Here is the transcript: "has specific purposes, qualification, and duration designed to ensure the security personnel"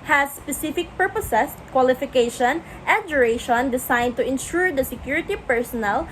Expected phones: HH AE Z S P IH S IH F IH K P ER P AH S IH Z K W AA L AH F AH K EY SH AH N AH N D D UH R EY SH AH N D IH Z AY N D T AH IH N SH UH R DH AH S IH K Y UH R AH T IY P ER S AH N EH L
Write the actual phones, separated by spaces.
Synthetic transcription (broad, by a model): HH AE S P IH S IH F IH K P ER P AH S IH S K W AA L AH F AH K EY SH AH N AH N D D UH R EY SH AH N D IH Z AY N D T AH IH N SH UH R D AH S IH K Y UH R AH T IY P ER S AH N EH L